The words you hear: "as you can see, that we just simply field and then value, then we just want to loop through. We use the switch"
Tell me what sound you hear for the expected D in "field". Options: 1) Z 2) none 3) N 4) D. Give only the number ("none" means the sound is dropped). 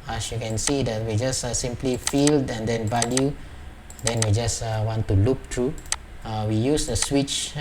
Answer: 4